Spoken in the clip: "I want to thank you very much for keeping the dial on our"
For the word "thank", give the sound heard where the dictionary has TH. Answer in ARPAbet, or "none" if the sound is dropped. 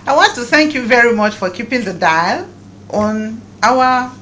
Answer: TH